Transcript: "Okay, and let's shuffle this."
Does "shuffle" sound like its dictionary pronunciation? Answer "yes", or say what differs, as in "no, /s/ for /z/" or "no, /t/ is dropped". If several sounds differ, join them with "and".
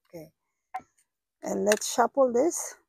no, /p/ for /f/